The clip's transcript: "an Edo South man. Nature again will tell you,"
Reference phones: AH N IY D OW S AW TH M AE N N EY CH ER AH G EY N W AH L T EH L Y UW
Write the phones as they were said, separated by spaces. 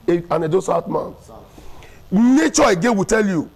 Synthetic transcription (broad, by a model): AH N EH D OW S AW T M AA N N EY CH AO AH G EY W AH T EH L Y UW